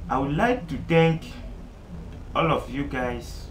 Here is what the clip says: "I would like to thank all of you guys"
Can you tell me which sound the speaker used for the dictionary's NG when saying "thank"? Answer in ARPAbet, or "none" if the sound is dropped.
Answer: none